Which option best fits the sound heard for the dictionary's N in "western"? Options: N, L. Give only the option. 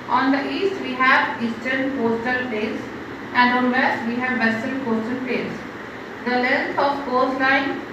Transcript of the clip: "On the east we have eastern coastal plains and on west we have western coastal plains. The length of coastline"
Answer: L